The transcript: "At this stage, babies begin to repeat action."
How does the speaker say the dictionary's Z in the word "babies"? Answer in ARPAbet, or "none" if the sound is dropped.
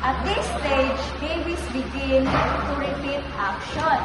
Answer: S